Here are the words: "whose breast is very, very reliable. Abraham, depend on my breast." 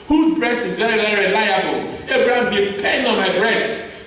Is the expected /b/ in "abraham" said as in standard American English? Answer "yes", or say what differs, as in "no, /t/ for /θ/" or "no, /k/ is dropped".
no, /b/ is dropped